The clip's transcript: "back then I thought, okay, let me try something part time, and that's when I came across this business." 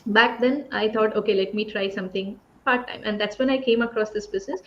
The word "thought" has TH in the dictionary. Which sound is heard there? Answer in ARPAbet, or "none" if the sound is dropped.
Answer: T